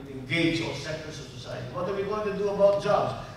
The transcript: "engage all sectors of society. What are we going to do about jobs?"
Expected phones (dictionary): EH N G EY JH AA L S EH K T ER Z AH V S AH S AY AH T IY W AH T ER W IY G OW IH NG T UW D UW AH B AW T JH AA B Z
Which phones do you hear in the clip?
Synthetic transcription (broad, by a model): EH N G EY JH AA S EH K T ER S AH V S AH S AY AH T IY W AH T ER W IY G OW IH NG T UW D UW AH B AW T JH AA B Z